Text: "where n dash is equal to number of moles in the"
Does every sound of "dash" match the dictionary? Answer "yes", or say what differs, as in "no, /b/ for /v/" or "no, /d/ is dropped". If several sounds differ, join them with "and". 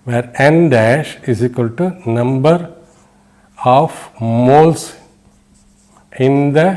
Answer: yes